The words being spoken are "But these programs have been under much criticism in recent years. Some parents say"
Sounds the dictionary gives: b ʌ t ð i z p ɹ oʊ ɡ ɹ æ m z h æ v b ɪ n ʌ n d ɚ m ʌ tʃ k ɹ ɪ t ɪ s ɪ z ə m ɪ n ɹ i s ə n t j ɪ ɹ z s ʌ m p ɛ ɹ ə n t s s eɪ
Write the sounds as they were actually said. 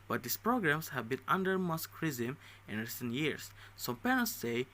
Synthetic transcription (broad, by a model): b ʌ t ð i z p ɹ oʊ ɡ ɹ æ m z h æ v b ɪ n ʌ n d ɚ m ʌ s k ɹ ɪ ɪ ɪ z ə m ɪ n ɹ i s ə n t j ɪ ɹ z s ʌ m p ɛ ɹ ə n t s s eɪ